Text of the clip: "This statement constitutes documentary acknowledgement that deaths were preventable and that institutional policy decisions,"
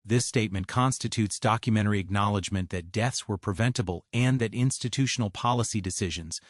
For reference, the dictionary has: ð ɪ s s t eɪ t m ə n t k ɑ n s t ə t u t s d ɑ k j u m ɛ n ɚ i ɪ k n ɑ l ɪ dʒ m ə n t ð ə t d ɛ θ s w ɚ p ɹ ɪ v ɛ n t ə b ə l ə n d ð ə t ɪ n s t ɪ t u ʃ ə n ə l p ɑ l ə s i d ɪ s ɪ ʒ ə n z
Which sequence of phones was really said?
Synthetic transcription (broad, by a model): ð ɪ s s t eɪ t m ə n k ɑ n s t ə t u t s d ɑ k j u m ɛ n ɚ i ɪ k n ɑ l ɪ dʒ m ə n ð ə t d ɛ θ s w ɚ p ɹ ɪ v ɛ n t ə b ə l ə n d ð ə t ɪ n s t ɪ t u ʃ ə n l p ɑ l ə s i d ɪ s ɪ ʒ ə n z